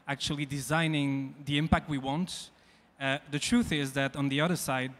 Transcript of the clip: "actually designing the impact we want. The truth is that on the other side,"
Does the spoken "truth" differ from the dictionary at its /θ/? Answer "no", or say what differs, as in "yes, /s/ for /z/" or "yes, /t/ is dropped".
no